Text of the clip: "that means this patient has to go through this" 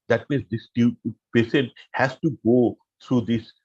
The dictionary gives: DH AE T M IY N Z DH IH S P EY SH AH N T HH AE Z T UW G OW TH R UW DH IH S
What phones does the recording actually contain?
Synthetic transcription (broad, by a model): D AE T M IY N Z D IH S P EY S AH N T HH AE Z T UW G OW T R UW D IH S